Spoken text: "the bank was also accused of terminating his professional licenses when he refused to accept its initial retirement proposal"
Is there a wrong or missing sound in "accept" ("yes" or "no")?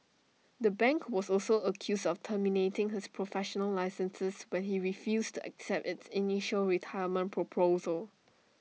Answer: no